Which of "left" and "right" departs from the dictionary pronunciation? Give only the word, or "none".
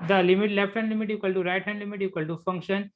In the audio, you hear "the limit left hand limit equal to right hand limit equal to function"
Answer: none